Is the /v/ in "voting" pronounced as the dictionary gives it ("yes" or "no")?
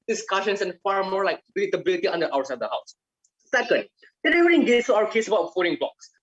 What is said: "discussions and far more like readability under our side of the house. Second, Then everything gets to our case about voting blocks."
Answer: no